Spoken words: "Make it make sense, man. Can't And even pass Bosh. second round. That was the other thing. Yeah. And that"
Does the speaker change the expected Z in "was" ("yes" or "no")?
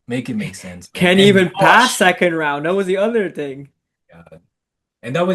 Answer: no